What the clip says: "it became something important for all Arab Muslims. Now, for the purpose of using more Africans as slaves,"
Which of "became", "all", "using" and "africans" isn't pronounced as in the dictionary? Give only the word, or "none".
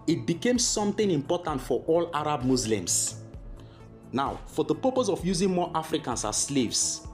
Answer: africans